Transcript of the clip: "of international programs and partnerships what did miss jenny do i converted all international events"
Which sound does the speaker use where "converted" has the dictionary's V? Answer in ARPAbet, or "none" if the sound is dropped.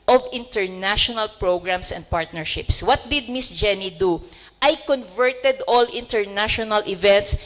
V